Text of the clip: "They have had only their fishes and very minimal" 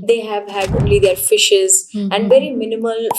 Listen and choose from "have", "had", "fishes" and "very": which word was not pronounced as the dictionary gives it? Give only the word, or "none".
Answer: none